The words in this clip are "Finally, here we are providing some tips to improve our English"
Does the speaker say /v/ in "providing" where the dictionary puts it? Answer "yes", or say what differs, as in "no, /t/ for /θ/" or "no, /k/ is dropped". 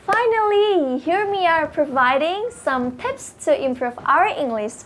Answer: yes